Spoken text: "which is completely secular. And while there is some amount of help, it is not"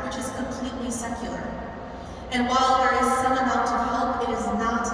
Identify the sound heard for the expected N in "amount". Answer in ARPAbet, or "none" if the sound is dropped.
none